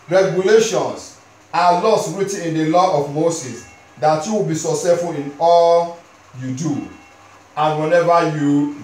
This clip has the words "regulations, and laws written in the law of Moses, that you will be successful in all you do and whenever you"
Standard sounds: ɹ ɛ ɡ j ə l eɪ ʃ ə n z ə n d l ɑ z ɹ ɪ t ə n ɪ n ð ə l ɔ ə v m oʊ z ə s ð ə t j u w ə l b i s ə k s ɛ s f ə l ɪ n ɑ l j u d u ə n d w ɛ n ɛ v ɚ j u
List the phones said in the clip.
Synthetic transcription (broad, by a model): ɹ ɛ ɡ j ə l eɪ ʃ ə n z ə l ɑ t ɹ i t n ɪ n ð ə l ɔ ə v m oʊ s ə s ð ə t j u w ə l b i s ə s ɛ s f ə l ɪ n ɑ l j u d u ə n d w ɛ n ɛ v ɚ j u